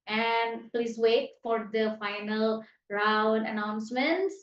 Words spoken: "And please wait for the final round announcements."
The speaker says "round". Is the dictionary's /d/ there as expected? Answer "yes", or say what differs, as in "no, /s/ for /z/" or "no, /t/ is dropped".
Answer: yes